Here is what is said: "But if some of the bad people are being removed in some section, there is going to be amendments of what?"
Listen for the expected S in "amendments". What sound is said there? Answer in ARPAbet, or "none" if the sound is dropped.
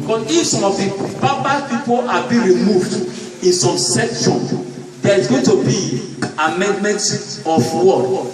none